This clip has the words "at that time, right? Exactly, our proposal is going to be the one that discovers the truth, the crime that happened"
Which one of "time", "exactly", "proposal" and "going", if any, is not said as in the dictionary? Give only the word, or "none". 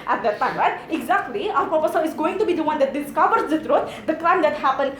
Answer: proposal